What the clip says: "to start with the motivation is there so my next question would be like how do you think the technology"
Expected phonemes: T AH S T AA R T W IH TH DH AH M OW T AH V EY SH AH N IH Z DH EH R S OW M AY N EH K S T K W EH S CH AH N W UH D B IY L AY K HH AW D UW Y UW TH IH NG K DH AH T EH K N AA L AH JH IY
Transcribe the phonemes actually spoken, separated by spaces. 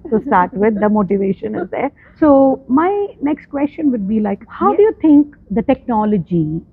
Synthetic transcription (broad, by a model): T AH S T AA R T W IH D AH M OW T AH V EY SH AH N IH Z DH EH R S OW M AY N EH K S T K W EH S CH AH N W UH D B IY L AY K HH AW D UW Y UW T IH NG K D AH T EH K N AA L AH JH IY